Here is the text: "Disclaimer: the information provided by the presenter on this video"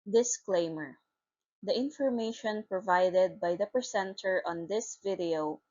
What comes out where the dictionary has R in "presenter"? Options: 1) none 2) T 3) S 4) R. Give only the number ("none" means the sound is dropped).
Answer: 1